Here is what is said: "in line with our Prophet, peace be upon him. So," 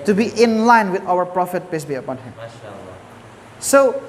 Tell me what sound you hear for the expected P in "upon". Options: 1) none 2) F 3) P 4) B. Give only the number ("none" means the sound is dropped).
3